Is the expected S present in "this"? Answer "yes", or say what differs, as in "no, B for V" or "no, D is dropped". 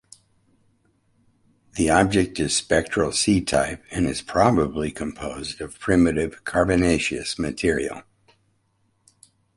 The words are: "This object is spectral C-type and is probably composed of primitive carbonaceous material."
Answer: no, S is dropped